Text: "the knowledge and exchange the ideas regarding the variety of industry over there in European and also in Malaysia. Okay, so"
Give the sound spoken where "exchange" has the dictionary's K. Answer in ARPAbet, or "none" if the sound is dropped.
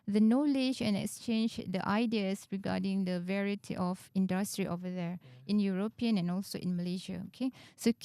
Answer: K